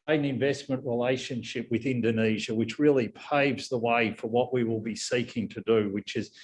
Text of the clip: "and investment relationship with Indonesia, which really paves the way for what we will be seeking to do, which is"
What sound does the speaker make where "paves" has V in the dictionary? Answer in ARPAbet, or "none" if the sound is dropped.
V